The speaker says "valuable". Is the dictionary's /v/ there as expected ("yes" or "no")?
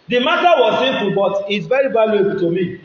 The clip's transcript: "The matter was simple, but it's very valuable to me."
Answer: no